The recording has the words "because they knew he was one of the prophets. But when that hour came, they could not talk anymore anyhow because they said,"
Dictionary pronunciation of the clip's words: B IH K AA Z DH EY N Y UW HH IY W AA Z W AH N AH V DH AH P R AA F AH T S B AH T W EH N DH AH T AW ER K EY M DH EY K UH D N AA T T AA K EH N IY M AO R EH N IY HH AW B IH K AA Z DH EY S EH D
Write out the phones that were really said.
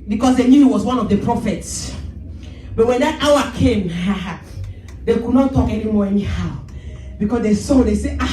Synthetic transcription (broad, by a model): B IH K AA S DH EY N Y UW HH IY W AA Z W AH N AH V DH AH P R AA F AH T S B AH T W EH N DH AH T AW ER K EY M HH EY K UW D N AA T T AA K EH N IY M AO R EH N IY HH AW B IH K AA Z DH EY S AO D